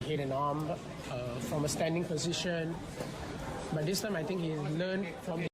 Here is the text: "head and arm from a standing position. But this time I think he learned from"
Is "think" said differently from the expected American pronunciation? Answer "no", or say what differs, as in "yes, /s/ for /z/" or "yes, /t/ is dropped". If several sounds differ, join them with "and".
yes, /t/ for /θ/